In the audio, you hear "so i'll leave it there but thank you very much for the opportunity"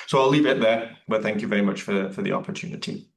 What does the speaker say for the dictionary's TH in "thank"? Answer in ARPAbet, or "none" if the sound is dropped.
TH